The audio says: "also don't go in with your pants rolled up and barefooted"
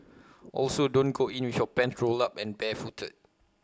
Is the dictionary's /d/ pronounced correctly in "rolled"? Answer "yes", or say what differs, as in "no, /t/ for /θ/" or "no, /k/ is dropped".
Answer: no, /d/ is dropped